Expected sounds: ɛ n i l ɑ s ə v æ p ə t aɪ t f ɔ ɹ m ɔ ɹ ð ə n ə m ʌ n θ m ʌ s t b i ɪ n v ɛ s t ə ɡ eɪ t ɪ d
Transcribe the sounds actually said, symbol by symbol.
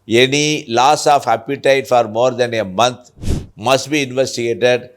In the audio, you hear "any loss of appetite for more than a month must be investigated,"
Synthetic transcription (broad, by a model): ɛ n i l ɑ s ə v æ p ə t aɪ t f ɔ ɹ m ɔ ɹ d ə n ə m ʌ n t m ʌ s t b i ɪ n v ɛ s t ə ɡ eɪ t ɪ d